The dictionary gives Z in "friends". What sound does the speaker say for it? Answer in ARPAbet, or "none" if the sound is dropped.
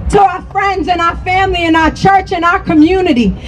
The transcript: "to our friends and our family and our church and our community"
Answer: Z